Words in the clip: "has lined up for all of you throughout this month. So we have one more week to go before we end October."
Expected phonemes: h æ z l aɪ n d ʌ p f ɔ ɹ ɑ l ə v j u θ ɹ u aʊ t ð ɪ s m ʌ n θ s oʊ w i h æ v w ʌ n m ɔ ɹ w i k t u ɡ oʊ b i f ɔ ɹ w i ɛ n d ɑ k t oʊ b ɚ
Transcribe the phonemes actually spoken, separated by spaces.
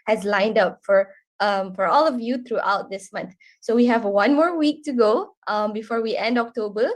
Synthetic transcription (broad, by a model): h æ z l aɪ n d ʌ p f ɔ ɹ ɑ l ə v j u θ ɹ u aʊ t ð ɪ s m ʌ n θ s oʊ w i h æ v w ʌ n m ɔ ɹ w i k t u ɡ oʊ b i f ɔ ɹ w i ɛ n d ɑ k t oʊ b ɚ